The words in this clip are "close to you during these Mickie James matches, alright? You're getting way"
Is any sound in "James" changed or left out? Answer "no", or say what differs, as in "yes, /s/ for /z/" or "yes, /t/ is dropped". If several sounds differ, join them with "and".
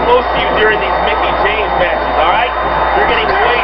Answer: yes, /tʃ/ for /dʒ/